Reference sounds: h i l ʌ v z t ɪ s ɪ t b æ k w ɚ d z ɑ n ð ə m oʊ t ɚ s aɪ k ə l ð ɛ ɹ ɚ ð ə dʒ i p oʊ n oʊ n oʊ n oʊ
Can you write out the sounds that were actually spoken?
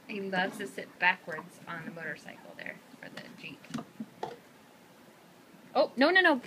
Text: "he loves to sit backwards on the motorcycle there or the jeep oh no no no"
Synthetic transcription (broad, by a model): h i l ʌ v t ɪ s ɪ t b æ k w ɚ d z n ð ə m oʊ t ɚ s aɪ k l ð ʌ ɹ ɚ ð ə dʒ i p oʊ n oʊ n oʊ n oʊ